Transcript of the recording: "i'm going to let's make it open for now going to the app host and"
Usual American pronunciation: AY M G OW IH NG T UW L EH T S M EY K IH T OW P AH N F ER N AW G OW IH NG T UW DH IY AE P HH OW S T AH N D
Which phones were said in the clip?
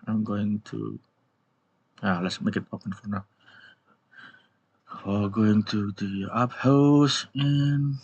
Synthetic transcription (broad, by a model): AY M G OW IH NG T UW L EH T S M EY K IH T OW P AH N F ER N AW G OW IH NG T UW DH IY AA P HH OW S AH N